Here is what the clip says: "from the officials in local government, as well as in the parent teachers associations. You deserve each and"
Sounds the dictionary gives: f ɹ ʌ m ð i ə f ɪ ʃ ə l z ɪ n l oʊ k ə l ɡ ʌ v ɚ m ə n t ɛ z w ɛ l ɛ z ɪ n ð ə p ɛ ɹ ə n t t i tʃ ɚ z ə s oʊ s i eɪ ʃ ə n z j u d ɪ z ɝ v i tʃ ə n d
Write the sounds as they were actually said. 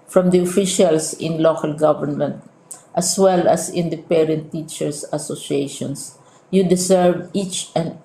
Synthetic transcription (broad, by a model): f ɹ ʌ m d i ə f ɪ ʃ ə l s ɪ n l oʊ k ə l ɡ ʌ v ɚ m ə n t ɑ s w ɛ l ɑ s ɪ n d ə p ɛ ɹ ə n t t i tʃ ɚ s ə s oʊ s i eɪ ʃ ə n s j u d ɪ s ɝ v i tʃ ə n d